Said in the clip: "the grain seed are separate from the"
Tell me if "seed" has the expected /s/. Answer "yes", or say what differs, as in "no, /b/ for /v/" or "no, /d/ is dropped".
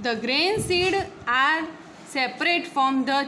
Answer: yes